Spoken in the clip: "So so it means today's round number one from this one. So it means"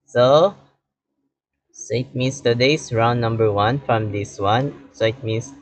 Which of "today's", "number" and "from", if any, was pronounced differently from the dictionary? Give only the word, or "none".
today's